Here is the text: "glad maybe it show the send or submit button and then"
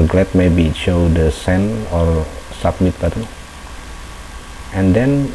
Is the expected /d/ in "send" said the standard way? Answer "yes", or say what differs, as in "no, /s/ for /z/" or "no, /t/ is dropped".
no, /d/ is dropped